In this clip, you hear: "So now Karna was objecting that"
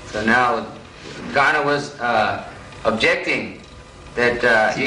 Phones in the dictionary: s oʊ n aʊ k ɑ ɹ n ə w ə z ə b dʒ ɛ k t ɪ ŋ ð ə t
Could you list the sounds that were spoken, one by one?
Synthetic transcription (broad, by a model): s oʊ n aʊ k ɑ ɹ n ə w ə z ə b dʒ ɛ k t ɪ ŋ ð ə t